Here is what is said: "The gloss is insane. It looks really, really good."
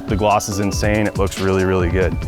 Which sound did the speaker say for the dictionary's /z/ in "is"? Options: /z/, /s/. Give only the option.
/z/